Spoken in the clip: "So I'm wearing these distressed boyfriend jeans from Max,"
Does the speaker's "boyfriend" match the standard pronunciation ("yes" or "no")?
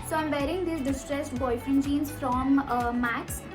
no